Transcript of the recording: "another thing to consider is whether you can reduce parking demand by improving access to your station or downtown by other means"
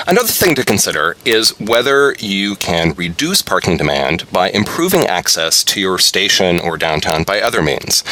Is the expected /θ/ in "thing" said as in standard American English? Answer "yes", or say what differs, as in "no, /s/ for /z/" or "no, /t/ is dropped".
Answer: yes